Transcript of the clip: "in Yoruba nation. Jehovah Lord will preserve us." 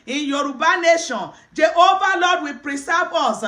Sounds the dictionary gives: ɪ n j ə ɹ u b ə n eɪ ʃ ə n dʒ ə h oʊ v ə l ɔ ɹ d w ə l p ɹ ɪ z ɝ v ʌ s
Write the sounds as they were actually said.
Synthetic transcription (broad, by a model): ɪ j ə ɹ u b ə n eɪ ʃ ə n dʒ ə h oʊ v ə l ɔ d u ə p ɹ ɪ s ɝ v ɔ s